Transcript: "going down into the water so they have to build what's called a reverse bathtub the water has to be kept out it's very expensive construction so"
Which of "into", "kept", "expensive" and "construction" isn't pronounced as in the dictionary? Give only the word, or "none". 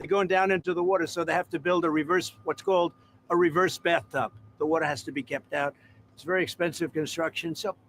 none